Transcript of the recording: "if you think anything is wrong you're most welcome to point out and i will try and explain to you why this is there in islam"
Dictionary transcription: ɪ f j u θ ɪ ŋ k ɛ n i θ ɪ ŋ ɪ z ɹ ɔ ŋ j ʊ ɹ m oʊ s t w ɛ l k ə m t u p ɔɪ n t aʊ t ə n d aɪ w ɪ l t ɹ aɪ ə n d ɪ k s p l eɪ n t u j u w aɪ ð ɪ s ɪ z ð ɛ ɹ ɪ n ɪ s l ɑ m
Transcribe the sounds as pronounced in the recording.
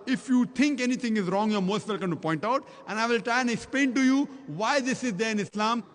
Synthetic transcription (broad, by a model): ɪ f j u t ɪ ŋ k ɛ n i t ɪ ŋ ɪ z ɹ ɔ ŋ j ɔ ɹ m oʊ s t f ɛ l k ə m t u p ɔɪ n t aʊ t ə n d aɪ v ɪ l t ɹ aɪ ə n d ɪ k s p l eɪ n t u j u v aɪ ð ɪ s ɪ z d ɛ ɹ ɪ n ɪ s l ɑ m